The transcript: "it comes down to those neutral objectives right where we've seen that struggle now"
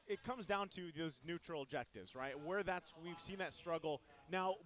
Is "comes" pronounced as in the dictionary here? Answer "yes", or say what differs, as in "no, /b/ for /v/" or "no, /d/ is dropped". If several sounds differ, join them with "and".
yes